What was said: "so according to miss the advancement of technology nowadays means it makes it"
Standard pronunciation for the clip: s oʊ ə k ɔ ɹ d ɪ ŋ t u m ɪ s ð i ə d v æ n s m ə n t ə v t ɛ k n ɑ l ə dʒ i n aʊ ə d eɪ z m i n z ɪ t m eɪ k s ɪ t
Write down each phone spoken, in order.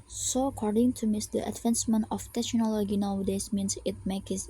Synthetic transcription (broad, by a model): s oʊ ə k ɔ ɹ d ɪ ŋ t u m ɪ s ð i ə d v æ n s m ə n ə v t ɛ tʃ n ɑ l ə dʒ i n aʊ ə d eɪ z m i n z ɪ t m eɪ k ɪ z